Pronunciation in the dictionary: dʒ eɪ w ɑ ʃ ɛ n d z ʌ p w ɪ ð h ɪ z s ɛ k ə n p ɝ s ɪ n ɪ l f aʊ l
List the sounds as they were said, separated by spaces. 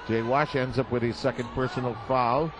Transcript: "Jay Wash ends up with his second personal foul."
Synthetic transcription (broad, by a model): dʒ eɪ w ɑ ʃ ɛ n d z ʌ p w ɪ ð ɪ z s ɛ k ə n p ɝ s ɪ n l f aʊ l